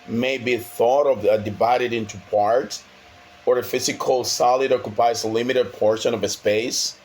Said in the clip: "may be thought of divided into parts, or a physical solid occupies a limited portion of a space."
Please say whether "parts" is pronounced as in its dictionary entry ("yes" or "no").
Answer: no